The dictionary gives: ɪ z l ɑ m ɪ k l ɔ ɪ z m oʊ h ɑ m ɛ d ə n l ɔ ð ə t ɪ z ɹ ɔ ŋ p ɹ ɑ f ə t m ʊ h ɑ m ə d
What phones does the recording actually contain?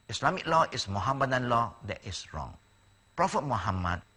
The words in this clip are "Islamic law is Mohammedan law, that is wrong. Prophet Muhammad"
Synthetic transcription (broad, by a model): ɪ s l ɑ m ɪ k l ɔ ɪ s m oʊ h ɑ m ɛ d ə n l ɔ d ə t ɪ s ɹ ɔ ŋ p ɹ ɑ f ə t m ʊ h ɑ m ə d